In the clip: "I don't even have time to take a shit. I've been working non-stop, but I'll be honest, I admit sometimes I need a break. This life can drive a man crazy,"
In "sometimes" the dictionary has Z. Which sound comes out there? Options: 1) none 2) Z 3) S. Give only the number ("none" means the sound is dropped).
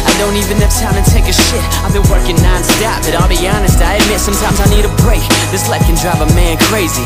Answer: 2